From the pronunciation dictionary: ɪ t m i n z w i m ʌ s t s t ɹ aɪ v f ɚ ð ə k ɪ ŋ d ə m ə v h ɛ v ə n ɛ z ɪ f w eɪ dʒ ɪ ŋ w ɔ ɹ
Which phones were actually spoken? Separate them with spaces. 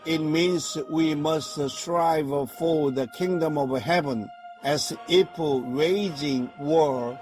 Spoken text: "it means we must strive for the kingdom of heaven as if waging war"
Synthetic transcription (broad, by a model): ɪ t m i n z w i m ʌ s t s t ɹ aɪ v f ɚ ð ə k ɪ ŋ d ə m ə v h ɛ v ə n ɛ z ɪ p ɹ eɪ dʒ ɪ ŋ w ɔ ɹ